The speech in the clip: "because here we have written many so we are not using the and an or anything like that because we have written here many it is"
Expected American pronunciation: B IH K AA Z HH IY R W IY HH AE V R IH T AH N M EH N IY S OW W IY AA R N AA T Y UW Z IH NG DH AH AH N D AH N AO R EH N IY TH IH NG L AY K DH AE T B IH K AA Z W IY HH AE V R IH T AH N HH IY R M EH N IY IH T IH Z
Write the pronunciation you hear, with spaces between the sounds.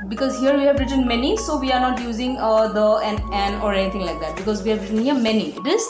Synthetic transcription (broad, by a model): B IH K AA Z HH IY R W IY HH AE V R IH T AH N M EH N IY S OW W IY AA R N AA T Y UW Z IH NG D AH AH N AH N AO R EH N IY T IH NG L AY K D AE T B IH K AA Z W IY HH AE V R IH T AH N HH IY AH M EH N IY IH T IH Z